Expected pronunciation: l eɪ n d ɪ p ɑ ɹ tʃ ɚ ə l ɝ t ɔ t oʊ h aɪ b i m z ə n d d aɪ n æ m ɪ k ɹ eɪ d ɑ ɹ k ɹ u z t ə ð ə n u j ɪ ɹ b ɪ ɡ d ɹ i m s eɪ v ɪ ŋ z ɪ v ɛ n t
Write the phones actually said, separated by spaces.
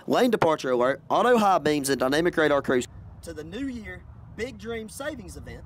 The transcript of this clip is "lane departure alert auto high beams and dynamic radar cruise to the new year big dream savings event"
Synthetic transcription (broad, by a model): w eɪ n d ɪ p ɑ ɹ tʃ ɚ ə ɝ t ɔ t oʊ h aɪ b i m z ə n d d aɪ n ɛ m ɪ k ɹ eɪ d ɑ ɹ k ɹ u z t ə ð ə n u j ɪ ɹ b ɪ ɡ d ɹ i m s eɪ v ɪ ŋ z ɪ v ɛ n t